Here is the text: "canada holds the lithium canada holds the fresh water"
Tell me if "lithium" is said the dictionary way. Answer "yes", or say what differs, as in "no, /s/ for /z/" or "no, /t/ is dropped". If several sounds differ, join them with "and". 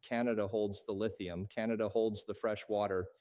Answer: yes